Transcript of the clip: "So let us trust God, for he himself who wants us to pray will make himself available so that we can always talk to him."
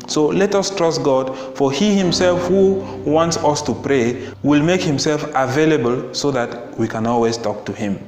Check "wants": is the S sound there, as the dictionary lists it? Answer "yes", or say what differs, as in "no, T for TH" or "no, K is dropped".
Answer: yes